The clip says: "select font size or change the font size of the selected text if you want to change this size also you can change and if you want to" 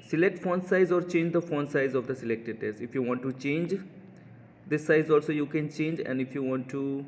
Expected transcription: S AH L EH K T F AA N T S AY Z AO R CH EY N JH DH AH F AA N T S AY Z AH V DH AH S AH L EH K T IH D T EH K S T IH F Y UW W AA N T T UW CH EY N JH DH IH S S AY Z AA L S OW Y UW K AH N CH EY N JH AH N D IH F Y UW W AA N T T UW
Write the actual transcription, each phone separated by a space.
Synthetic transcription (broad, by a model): S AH L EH K T F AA N S AY Z AO R CH EY N JH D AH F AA N S AY Z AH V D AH S AH L EH K T IH D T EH S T IH F Y UW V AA N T T UW CH EY N JH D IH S S AY Z AA L S OW Y UW K AH N CH EY N JH AH N D IH F Y UW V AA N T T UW